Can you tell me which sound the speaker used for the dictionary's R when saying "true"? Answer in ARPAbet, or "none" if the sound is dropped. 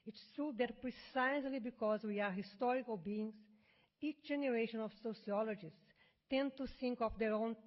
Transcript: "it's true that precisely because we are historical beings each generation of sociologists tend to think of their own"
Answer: none